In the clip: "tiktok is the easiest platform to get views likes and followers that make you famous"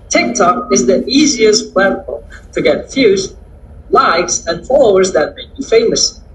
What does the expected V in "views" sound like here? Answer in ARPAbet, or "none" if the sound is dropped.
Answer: F